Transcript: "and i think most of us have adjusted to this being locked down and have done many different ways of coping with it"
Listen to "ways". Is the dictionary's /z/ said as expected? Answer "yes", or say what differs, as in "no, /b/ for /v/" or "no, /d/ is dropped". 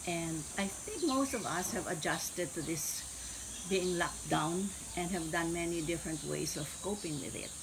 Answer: no, /s/ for /z/